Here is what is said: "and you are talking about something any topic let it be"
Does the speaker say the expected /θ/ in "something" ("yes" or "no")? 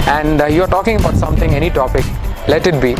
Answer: no